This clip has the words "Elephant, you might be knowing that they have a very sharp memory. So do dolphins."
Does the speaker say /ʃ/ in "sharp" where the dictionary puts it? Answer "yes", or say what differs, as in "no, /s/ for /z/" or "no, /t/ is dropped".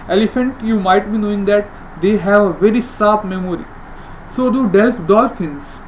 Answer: no, /s/ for /ʃ/